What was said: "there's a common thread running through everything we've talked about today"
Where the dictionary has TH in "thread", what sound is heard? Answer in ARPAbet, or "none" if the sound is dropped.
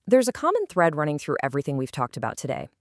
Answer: TH